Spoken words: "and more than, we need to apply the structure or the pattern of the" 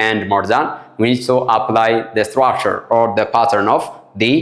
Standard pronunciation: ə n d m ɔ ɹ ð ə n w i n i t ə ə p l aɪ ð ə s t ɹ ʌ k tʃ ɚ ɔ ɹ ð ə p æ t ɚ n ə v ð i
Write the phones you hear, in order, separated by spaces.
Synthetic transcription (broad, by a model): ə n d m ɔ ɹ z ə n w i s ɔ t ə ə p l aɪ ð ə s t ɹ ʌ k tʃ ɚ ɔ ɹ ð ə p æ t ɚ n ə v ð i